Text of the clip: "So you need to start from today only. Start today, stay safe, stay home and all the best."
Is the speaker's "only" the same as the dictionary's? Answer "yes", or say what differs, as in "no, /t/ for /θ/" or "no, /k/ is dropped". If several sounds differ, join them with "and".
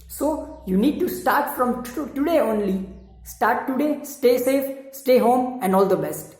yes